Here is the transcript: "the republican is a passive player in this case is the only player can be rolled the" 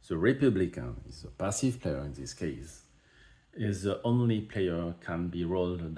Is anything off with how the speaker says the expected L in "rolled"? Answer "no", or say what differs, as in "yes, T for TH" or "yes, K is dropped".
no